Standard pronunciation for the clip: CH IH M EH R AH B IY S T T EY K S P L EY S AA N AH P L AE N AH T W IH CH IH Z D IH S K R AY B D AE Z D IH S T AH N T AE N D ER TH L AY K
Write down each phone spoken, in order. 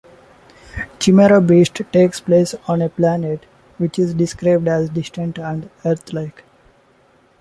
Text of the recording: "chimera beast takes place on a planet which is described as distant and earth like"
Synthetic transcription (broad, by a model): CH IH M EH R AH B IY S T T EY K S P L EY S AA N AH P L AE N AH T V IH CH IH Z D IH S K R AY B D AE Z D IH S T AH N T AE N D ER T L AY K